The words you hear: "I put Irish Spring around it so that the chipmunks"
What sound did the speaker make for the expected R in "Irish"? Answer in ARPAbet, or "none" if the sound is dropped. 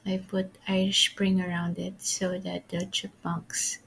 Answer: none